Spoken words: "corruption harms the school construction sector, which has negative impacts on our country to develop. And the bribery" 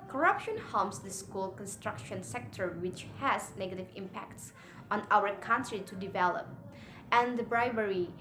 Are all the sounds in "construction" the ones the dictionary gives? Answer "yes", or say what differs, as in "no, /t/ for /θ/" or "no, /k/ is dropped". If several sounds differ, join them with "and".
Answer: yes